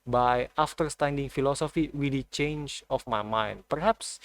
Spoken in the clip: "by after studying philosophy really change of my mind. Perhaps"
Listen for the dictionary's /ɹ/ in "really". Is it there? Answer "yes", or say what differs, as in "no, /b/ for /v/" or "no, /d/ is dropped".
no, /w/ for /ɹ/